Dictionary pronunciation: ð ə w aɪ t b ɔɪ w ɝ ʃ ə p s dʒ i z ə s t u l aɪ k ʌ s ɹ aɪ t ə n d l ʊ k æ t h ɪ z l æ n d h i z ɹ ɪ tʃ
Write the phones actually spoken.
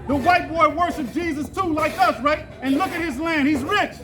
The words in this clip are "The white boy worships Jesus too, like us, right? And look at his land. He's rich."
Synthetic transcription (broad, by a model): ð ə w aɪ t b ɔɪ w ɝ ʃ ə p dʒ i z ə s t u l aɪ k ʌ s ɹ aɪ t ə n l ʊ k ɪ t h ɪ z l æ n d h i z ɹ ɪ tʃ